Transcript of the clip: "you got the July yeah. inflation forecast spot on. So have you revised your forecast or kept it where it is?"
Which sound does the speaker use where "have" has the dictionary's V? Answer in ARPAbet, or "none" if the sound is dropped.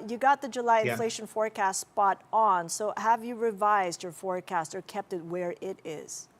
V